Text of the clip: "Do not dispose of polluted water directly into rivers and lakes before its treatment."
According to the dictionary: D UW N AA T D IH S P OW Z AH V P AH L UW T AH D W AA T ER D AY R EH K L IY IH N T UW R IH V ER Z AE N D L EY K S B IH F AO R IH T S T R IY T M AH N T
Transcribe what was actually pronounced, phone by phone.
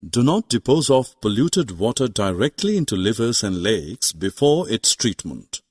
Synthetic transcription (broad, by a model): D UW N AA T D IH P OW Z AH F P AH L UW T AH D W AA T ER D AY R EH K L IY IH N T UW L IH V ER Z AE N D L EY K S B IH F AO R IH T S T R IY T M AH N T